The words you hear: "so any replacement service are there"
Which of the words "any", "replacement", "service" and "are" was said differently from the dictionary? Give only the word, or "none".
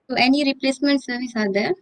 none